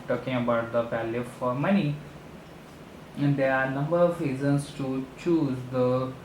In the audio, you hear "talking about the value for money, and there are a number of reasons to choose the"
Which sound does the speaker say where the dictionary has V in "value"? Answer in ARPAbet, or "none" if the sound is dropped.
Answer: P